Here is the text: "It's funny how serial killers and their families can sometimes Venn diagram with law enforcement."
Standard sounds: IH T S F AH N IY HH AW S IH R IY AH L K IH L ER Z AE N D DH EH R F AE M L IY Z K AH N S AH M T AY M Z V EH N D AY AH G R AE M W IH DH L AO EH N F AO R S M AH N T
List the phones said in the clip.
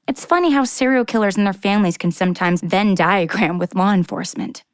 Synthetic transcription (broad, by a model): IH T S F AH N IY HH AW S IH R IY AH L K IH L ER Z N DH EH R F AE M L IY Z K AH N S AH M T AY M Z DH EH N D AY AH G R AE M W IH DH L AO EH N F AO R S M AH N T